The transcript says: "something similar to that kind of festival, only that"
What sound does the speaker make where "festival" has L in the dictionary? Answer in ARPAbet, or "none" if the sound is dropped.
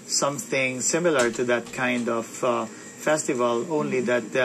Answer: L